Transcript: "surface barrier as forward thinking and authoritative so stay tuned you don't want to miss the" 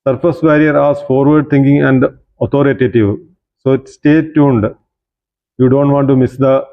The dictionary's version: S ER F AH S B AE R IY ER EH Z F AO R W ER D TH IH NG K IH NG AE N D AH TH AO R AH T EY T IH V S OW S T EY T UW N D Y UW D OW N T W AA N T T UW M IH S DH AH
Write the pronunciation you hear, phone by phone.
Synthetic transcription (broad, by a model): S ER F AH S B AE R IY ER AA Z F AO R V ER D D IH NG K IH NG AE N D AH T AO R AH T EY T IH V S OW S T EY T UW N D Y UW D OW N T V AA N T T UW M IH S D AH